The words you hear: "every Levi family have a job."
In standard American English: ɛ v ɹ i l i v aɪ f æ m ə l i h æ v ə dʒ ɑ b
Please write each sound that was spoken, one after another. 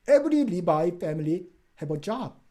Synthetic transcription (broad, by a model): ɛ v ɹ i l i b aɪ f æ m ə l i h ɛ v ə dʒ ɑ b